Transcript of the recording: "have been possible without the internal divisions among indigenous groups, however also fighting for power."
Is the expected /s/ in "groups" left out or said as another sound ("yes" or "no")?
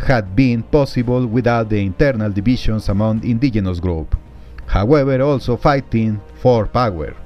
yes